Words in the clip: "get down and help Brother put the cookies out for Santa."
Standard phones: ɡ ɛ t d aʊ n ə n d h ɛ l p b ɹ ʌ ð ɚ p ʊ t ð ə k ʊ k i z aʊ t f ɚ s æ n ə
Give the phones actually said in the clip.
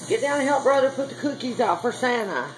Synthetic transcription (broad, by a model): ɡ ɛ t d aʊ ə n h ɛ l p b ɹ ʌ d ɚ p ʊ t ð ə k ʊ k i z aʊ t f ɚ s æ n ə